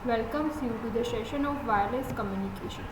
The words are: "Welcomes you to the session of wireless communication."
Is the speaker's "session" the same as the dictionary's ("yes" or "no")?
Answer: no